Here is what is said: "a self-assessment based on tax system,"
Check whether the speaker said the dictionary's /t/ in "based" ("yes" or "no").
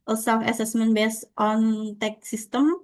yes